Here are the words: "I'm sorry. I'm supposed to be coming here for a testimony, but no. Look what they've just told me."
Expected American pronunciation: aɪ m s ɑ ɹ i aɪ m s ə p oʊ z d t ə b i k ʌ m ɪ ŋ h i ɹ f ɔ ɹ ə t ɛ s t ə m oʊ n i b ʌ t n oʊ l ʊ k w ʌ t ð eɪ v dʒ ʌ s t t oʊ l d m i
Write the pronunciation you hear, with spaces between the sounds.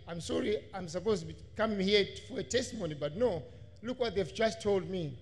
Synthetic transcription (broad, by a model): aɪ m s ɑ ɹ i aɪ m s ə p oʊ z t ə b i k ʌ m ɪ h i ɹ f ɔ ɹ ə t ɛ s t ə m oʊ n i b ʌ t n oʊ l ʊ k w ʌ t ð eɪ v dʒ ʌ s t t oʊ l d m i